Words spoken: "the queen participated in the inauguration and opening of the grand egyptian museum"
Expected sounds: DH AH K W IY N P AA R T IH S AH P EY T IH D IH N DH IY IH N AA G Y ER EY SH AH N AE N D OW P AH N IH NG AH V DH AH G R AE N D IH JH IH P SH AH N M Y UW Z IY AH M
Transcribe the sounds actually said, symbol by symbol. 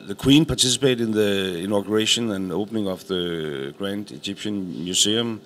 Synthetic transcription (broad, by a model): DH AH K W IY N P AA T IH S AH P EY IH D IH N DH IY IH N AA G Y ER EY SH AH N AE N OW P AH N IH NG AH F DH AH G R AE N D IH JH IH P SH AH N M Y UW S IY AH M